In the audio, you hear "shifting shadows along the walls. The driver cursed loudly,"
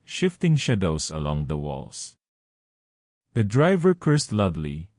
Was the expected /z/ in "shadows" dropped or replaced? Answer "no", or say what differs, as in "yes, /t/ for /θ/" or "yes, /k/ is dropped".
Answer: yes, /s/ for /z/